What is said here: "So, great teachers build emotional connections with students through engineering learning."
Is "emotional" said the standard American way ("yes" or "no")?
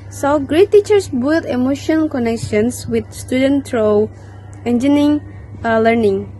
no